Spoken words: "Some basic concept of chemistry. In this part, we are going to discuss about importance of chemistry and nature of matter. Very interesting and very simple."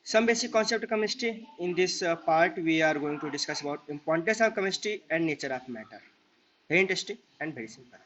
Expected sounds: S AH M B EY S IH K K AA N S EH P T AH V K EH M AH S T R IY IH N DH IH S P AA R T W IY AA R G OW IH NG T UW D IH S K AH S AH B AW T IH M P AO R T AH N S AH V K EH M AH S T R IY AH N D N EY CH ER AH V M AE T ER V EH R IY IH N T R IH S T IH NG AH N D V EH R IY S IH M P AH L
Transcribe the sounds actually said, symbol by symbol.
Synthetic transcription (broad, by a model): S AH M B EY S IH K K AA N S EH P T K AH M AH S T IY IH N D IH S P AA R T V IY AA R G OW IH NG T UW D IH S K AH S AH B AW T IH M P AO R T AH N S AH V K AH M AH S T IY AH N D N EY CH ER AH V M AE T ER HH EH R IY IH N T IH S T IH AH N D B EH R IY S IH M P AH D